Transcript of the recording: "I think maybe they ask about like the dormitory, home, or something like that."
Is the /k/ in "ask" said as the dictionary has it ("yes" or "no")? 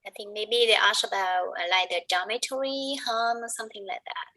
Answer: no